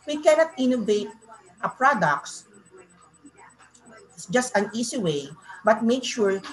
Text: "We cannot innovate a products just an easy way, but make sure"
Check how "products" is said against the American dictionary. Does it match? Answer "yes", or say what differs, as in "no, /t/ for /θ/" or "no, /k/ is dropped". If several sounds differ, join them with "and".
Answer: no, /s/ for /t/